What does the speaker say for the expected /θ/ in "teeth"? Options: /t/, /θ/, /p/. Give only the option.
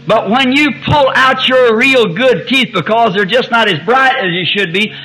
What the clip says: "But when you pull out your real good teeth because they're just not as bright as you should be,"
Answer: /θ/